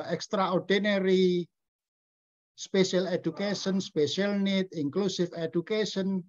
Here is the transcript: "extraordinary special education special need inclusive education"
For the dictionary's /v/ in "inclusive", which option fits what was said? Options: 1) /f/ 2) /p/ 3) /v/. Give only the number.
1